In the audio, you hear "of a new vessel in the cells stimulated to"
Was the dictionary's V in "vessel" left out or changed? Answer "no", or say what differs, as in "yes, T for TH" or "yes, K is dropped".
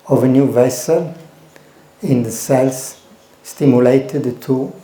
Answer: no